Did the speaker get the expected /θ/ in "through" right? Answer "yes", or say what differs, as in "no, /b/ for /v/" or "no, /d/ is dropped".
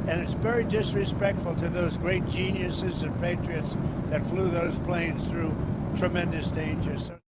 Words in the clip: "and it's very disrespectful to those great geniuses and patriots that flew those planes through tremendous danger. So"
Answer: yes